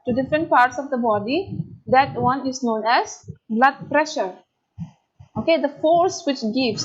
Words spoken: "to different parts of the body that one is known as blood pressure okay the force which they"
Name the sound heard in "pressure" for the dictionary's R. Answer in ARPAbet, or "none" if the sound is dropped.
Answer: R